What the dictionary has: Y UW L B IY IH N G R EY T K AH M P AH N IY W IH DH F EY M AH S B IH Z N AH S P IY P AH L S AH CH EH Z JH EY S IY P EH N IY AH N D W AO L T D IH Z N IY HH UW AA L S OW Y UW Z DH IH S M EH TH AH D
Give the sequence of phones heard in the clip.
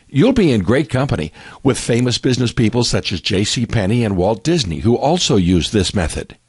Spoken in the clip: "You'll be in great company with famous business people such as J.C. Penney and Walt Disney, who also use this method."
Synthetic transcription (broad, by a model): Y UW L B IY IH N G R EY T K AH M P AH N IY W IH DH F EY M AH S B IH Z N AH S P IY P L S AH CH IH Z JH EY S IY P EH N IY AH N W AO L T D IH Z N IY HH UW AA L S OW Y UW Z DH IH S M EH TH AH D